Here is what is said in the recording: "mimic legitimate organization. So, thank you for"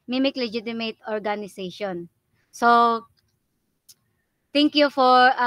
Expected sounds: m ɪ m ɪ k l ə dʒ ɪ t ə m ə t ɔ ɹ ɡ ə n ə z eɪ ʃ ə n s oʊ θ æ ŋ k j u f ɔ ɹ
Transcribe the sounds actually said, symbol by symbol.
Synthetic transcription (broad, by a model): m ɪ m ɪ k l ə dʒ ɪ t ə m ə t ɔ ɹ ɡ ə n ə s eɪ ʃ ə n s oʊ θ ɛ ŋ k j u f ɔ ɹ